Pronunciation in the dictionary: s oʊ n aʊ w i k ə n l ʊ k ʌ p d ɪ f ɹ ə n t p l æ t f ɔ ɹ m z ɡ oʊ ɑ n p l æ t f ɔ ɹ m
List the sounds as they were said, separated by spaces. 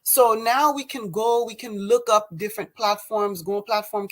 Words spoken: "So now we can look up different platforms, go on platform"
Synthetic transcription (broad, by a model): s oʊ n aʊ w i k ə n l ʊ k ʌ p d ɪ f ɹ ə n p l æ t f ɔ ɹ m z ɡ oʊ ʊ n p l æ t f ɔ ɹ m